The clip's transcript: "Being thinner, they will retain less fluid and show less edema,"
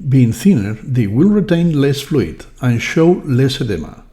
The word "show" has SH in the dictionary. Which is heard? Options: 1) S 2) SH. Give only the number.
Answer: 2